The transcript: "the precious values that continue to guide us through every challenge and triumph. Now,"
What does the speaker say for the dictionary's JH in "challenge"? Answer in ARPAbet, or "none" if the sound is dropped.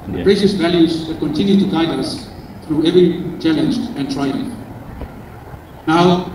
JH